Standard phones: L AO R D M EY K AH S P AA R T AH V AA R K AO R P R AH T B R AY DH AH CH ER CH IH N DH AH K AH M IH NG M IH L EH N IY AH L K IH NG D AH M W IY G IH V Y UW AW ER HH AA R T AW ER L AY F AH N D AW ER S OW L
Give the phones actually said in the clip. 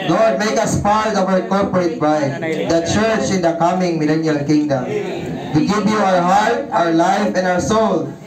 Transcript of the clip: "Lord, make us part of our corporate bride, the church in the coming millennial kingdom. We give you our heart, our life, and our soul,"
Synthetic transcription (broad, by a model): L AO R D M EY K AH S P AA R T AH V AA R K AO R P R AH T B AY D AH CH ER CH IH N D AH K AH M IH NG M IH L EH N IY AH L K IH NG D AH M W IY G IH P Y UW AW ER HH AA R T AW ER L AY F AH N D AW ER S OW L